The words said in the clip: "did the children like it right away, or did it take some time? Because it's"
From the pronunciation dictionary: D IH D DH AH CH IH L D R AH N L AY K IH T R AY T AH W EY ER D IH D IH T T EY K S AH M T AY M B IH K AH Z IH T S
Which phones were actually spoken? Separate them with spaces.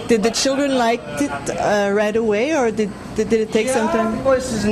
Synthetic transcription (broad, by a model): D IH D DH AH CH IH L D R AH N L AY K IH T R AY T AH W EY ER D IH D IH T T EY K S AH M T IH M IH AH S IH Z